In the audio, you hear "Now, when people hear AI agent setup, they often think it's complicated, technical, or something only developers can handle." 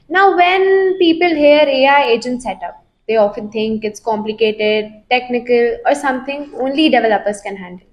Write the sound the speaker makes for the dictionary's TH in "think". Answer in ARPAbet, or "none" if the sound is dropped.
T